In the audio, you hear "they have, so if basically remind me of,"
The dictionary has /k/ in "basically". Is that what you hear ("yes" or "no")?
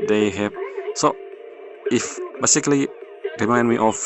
yes